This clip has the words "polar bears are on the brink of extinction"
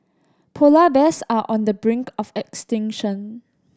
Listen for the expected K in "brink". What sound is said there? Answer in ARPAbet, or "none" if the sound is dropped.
K